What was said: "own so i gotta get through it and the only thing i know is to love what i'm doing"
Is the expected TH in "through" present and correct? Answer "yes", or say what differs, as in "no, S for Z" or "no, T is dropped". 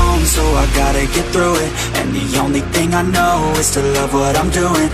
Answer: yes